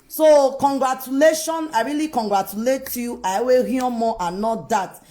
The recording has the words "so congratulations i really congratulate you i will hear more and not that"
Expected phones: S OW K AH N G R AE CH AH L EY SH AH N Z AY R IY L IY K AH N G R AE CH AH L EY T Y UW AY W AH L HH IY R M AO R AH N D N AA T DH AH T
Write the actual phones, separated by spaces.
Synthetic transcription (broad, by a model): S OW K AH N G R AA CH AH L EY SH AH N AY R IY L IY K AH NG G R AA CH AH L EY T Y UW AY W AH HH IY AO M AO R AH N N AA T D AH T